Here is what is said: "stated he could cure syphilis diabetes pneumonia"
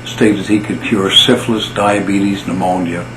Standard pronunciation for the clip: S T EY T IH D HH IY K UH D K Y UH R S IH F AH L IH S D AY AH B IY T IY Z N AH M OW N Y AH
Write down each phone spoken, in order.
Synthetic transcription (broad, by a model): S T EY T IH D HH IY K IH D K Y UH R S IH F L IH S D AY AH B IY T IY Z N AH M OW N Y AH